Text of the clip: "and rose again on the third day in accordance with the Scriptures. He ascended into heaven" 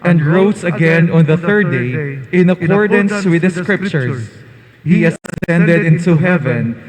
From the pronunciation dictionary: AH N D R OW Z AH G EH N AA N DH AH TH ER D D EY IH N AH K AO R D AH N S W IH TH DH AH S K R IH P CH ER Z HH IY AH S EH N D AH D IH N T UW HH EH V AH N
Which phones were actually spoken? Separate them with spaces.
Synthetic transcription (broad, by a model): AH N D R OW S AH G EH N AA N DH AH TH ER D D EY IH N AH K AO R D AH N S W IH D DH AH S K R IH P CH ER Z HH IY AH S EH N D AH D IH N T UW HH EH V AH N